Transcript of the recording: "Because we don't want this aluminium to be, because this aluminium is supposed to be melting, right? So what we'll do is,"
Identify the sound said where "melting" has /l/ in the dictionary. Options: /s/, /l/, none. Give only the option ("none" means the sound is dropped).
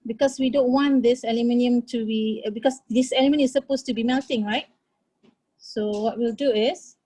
/l/